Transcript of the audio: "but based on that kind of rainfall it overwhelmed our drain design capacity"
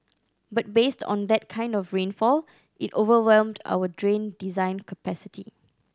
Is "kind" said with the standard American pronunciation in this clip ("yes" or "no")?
yes